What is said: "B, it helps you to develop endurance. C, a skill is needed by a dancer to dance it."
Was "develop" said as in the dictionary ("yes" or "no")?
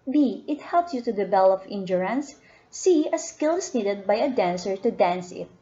no